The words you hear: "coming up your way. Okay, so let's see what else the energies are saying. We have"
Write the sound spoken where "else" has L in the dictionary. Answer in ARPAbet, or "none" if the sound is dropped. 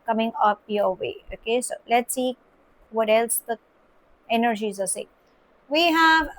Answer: L